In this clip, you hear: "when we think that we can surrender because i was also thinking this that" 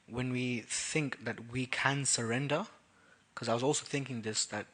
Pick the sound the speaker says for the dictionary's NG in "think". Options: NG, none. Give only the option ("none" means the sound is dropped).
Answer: NG